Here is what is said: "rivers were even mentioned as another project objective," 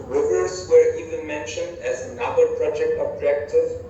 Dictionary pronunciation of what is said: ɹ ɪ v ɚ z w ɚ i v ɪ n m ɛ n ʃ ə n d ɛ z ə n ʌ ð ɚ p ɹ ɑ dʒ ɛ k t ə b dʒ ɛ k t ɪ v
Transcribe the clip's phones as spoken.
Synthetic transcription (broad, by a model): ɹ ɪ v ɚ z w ɚ i v ɪ n m ɛ n ʃ ə n d ɛ z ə n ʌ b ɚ p ɹ ɑ dʒ ɛ k t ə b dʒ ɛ k t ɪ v